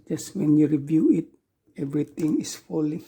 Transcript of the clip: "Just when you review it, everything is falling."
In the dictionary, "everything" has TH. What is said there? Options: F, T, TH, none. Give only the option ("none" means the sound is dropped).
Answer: T